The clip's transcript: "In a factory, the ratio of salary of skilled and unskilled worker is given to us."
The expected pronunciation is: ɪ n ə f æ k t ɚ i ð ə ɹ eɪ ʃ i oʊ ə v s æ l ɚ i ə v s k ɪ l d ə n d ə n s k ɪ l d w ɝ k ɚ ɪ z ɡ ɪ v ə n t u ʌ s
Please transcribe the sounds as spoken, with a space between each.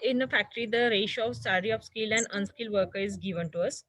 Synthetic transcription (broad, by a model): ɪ n ə f æ k t ɚ i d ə ɹ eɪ ʃ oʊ ə v s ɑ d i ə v s k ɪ l ə n d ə n s k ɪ l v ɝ k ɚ ɪ z ɡ ɪ v ə n t u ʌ s